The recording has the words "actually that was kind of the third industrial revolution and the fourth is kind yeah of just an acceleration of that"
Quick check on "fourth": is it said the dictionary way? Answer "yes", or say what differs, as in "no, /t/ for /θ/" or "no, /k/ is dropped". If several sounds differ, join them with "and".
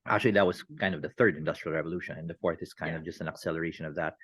yes